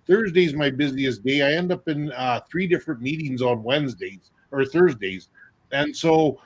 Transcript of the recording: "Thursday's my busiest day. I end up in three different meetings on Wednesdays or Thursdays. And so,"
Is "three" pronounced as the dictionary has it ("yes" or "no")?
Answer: yes